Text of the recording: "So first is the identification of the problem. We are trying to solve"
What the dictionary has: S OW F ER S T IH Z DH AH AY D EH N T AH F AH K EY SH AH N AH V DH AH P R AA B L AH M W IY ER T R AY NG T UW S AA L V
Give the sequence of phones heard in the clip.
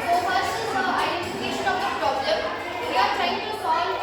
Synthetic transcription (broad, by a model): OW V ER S IH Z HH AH AY D EH N T AH F AH K EY SH AH N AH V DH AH P R AA B L AH M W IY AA T R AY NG T UW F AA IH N